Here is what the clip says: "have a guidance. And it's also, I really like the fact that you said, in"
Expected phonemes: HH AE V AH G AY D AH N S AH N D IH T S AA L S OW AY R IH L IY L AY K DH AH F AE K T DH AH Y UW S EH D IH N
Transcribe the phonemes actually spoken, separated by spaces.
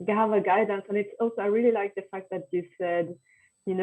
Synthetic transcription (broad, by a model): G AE V AH G AY D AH N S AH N IH T S AA L S OW AY R IH L IY L AY K DH AH F AE K T DH AH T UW S EH D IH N